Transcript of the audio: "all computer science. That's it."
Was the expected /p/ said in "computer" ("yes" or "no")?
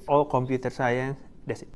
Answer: yes